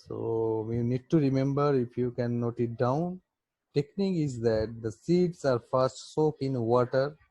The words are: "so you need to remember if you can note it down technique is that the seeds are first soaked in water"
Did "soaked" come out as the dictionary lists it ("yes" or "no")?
no